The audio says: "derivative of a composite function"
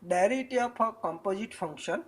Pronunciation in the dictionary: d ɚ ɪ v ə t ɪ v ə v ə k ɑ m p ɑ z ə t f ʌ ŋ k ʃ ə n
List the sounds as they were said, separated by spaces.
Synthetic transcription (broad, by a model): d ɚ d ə t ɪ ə p ə k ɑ m p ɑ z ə t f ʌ ŋ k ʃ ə n